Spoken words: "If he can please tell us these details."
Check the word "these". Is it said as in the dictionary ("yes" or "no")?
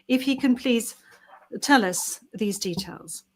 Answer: yes